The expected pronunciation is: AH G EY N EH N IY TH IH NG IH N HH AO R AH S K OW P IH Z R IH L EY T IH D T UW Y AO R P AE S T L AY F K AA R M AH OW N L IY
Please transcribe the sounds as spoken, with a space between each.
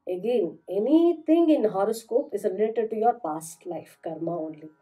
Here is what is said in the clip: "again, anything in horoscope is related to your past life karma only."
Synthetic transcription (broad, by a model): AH G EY N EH N IY T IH NG IH N HH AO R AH S K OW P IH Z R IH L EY T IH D T UW Y AO R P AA S T L AY F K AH R M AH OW N L IY